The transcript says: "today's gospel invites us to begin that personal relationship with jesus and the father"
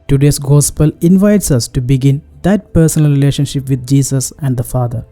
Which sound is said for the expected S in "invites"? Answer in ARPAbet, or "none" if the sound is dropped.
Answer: S